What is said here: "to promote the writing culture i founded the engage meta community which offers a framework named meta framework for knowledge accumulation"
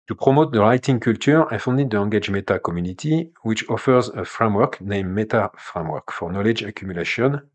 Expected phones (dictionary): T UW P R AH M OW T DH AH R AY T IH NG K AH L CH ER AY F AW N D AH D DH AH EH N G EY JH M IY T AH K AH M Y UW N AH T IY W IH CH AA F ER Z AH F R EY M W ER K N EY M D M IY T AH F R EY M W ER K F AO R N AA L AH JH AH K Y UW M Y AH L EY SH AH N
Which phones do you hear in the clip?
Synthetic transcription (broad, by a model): T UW P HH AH M OW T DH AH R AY T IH NG K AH L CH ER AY F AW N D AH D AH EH G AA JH M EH T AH K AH M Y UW N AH T IY W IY CH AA F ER Z AH F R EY M W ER K N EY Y M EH T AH F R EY M W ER K F AO R N AA L AH JH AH K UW M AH L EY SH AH N